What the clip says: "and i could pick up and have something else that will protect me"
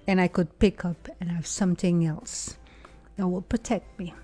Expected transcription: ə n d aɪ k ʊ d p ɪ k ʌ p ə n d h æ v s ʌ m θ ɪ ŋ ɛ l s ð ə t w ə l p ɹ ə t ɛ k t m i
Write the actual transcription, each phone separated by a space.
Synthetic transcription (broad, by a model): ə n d aɪ k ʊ d p ɪ k ʌ p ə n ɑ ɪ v s ʌ m θ ɪ ŋ ɛ l s ð ə t w ə l p ɹ ə t ɛ k t m i